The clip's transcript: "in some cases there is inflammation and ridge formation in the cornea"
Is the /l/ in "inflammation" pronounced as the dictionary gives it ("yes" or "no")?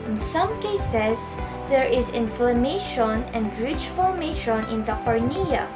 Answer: yes